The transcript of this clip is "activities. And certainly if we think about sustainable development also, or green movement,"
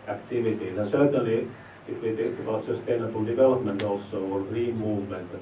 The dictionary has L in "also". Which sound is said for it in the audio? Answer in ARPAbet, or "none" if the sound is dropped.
none